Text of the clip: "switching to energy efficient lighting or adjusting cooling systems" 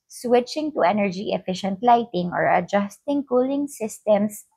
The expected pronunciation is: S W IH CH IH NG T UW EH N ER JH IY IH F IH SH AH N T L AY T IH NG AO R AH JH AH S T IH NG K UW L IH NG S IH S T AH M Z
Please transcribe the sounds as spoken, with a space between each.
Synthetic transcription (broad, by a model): S W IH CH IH NG T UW EH N ER JH IY IH F IH SH AH N T L AY T IH NG AO R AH JH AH S T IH NG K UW L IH NG S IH S T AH M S